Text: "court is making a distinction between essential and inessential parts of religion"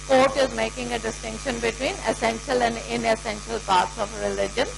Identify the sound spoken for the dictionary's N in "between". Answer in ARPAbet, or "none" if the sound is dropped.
N